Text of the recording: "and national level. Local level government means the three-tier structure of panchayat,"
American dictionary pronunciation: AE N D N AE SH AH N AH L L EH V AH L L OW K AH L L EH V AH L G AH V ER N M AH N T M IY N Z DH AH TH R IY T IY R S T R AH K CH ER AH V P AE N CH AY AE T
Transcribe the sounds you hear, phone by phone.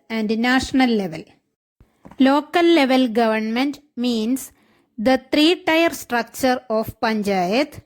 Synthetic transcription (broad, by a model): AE N D N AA SH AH N AH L L EH V AH L L OW K AH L L EH V AH L G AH V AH N M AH N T M IY N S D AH T R IY T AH R S T R AH K CH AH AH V P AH N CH AY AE T